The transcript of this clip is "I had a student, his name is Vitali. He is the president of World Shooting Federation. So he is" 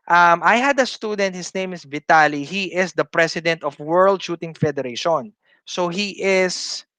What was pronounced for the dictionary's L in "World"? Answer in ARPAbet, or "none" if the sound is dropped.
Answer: L